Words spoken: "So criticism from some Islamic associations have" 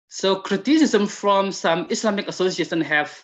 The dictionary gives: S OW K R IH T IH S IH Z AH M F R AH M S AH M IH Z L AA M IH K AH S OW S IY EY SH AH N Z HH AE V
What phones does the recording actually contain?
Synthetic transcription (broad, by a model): S OW K R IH T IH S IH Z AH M F R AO M S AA M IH S L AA M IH K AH S OW S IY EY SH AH N HH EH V